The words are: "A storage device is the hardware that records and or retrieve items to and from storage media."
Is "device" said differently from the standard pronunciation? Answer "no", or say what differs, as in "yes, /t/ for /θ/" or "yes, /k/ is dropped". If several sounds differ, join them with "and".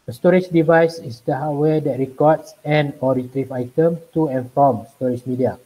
no